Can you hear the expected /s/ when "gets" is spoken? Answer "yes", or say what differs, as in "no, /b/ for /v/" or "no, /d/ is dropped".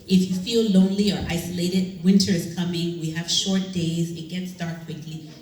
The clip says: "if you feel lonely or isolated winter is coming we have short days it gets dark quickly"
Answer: yes